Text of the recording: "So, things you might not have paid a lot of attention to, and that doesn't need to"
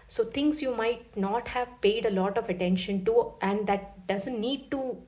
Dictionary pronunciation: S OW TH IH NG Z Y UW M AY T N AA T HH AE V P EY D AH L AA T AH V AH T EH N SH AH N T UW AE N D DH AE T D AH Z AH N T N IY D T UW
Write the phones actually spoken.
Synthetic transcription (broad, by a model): S OW T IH NG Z Y UW M AY T N AA T HH AE V P EY D AH L AA T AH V AH T EH N SH AH N T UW AE N D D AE T D AH Z AH N T N IY D T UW